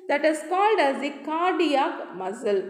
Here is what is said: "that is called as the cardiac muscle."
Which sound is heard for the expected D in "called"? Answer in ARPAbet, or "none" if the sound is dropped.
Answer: D